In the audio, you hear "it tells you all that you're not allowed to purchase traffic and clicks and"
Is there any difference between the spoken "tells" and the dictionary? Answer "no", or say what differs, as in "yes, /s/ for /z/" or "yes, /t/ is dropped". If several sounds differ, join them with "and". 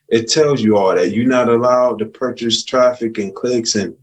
no